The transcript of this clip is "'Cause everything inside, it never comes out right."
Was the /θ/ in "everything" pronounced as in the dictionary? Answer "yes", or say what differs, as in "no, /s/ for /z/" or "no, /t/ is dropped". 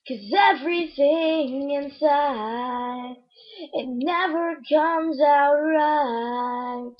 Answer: yes